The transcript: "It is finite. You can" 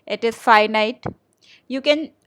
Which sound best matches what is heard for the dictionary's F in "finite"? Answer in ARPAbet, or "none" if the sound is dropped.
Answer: F